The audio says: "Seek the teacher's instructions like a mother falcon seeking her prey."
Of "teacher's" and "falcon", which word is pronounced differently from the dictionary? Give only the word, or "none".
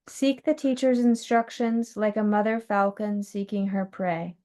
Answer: none